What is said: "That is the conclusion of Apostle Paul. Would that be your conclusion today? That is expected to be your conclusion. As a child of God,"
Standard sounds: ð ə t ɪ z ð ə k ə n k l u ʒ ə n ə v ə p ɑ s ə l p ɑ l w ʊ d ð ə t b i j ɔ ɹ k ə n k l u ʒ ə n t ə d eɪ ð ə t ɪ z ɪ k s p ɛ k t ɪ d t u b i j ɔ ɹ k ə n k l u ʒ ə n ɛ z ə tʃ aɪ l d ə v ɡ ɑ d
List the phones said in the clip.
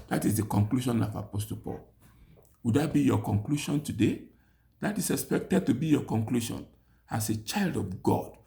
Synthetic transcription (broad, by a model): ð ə t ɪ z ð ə k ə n k l u ʃ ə n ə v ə p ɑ s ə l p ɑ l w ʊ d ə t b i j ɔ k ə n k l u ʃ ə n t ə d eɪ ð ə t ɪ s ɪ k s p ɛ k t ɪ d t u b i j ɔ k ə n k l u ʃ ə n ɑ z ə tʃ aɪ l d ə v ɡ ɑ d